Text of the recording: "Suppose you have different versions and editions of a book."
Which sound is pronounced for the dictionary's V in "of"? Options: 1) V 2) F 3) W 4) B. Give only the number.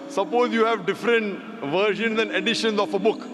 2